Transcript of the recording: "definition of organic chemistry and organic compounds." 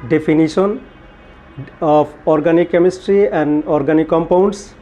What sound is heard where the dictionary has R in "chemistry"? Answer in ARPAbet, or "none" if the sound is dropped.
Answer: R